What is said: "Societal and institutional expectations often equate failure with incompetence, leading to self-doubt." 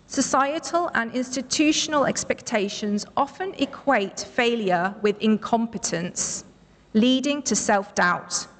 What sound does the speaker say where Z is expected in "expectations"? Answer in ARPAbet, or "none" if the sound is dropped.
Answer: Z